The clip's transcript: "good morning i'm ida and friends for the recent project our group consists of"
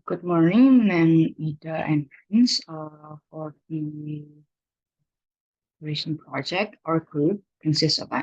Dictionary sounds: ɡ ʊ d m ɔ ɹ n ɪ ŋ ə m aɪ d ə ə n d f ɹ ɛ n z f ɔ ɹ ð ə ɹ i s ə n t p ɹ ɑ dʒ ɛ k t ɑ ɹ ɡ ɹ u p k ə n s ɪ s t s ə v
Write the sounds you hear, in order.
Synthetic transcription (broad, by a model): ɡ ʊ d m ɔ ɹ n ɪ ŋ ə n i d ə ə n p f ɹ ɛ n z f ɔ ɹ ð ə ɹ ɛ ʃ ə n p ɹ ɑ dʒ ɛ k t ɑ ɹ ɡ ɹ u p k ə n s ɪ s t s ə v